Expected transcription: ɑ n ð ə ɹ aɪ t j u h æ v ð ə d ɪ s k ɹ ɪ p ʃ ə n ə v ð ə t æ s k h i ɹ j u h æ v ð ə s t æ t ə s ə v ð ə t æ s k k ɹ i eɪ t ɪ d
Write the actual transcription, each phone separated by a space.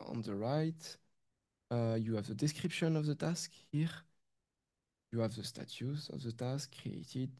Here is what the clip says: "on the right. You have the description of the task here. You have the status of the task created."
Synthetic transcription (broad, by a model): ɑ n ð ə ɹ aɪ t j u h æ v ð ə d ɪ s k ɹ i p ʃ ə n ə v ð ə t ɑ s k h i ɹ j u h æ v ð ə s t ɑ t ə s ə v ð ə t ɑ s k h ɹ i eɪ t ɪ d